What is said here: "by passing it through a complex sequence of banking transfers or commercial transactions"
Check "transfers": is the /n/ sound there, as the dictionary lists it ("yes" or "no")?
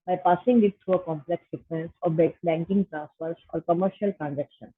no